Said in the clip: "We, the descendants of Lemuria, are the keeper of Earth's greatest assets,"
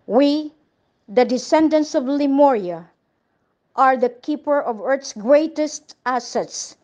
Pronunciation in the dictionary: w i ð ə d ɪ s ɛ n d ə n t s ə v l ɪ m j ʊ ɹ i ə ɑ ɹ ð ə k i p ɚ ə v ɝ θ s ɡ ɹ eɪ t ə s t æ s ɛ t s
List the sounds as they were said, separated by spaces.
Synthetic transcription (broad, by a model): w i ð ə d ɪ s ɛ n d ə n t s ə v l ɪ m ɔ ɹ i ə ɑ ɹ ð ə k i p ɚ ə v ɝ t s ɡ ɹ eɪ t ə s t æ s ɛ t s